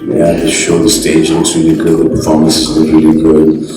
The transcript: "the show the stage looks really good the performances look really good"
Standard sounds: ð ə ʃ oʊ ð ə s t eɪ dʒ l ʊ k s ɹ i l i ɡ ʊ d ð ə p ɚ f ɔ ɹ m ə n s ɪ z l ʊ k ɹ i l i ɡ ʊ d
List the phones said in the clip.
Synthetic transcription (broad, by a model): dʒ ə ʃ oʊ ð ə s t eɪ dʒ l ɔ s ɹ i l i ɡ ʊ d ð ə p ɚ f ɔ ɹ m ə n s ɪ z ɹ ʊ ɹ i l i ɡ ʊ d